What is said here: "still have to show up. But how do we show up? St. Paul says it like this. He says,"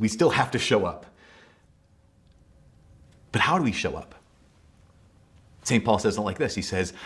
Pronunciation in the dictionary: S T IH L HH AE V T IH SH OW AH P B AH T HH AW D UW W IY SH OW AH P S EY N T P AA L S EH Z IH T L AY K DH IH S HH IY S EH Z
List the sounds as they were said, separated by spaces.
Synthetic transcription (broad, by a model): S T IH L HH AE F T IH SH OW AH P B AH T HH AW D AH W IY SH OW AH P S EY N P AA L S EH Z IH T L AY K DH IH S HH IY S EH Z